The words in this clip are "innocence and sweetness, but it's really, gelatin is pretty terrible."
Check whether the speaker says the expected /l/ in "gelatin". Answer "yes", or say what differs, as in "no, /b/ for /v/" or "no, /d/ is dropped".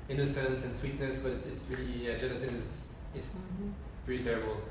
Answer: no, /n/ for /l/